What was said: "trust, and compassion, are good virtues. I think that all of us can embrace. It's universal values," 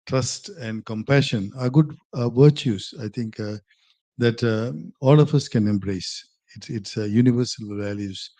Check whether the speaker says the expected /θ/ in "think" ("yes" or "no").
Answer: no